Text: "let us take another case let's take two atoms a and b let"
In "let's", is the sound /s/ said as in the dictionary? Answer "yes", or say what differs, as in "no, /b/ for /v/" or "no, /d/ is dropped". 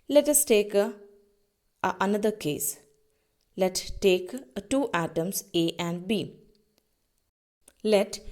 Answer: no, /s/ is dropped